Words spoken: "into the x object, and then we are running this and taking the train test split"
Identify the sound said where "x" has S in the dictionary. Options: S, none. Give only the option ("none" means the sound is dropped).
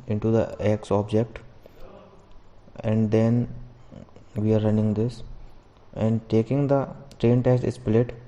S